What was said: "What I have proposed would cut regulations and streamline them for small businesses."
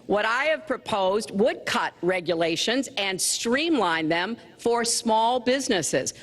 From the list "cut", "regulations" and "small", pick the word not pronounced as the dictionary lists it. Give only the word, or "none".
none